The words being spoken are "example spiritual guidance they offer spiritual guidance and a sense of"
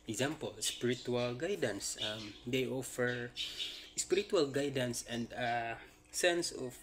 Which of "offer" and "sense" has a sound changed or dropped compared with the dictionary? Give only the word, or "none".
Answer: none